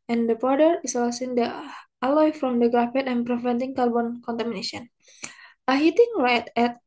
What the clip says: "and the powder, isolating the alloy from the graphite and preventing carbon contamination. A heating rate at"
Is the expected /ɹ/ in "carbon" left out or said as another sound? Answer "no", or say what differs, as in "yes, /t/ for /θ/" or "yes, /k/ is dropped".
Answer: yes, /l/ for /ɹ/